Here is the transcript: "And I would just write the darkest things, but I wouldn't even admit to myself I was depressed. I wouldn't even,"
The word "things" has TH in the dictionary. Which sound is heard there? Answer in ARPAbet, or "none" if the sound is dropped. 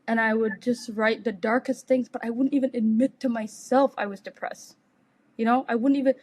TH